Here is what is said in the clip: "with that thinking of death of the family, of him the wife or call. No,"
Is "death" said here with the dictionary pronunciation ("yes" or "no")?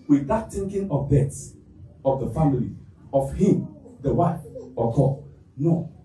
no